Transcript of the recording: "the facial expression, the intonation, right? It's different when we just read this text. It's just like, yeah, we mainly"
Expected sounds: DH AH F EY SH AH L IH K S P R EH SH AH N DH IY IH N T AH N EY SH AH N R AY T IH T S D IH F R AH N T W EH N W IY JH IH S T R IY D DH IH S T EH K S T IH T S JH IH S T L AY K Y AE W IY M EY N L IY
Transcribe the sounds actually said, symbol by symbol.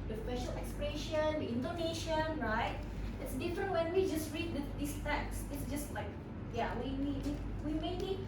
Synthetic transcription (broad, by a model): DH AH P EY SH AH L IH K S P R EH SH AH N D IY IH N T AH N EY SH AH N R AY T IH T S D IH F R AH N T W EH N W IY JH IH S T R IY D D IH S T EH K S IH T S JH IH S T L AY K Y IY W IY M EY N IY